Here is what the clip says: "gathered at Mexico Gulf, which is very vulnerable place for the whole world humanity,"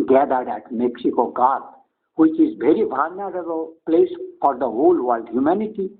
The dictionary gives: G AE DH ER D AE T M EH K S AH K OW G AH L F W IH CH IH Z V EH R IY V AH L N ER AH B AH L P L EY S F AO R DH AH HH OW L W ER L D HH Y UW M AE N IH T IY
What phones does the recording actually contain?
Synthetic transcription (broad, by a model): G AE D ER D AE T M EH K S AH K OW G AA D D W IH CH IH Z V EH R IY B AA N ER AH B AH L P L EY S F AO R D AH HH OW L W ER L D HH Y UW M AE N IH T IY